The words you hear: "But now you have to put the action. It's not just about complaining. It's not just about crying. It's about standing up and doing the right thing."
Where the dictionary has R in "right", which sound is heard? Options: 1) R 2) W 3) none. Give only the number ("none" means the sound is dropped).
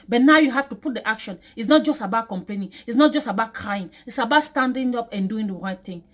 1